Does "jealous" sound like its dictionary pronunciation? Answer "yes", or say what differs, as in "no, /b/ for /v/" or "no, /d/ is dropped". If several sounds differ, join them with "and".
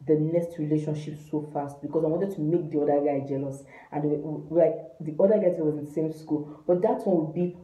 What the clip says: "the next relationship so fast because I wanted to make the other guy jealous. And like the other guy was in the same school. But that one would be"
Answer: yes